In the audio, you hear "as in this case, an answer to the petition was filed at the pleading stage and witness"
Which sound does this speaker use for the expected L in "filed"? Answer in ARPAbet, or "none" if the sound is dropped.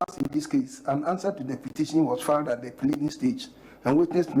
none